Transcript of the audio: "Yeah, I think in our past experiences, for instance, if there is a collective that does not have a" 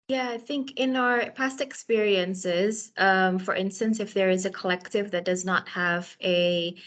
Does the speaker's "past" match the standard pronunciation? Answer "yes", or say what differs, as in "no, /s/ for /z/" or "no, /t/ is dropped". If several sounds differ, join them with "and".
yes